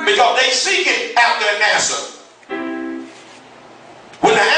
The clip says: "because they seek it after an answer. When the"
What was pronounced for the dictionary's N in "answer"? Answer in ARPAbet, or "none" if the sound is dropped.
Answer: none